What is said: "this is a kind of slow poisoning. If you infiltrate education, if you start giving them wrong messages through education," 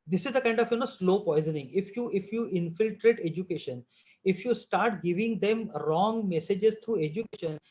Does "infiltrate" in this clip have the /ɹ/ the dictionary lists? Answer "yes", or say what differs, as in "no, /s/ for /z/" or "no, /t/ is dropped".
yes